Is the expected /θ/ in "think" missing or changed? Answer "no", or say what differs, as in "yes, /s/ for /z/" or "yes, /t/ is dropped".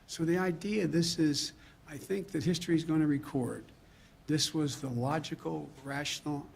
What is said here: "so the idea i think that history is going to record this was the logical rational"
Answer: no